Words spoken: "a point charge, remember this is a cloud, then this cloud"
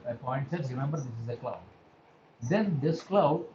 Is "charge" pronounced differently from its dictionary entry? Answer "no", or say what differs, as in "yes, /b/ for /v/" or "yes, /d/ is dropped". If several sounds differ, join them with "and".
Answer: yes, /s/ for /tʃ/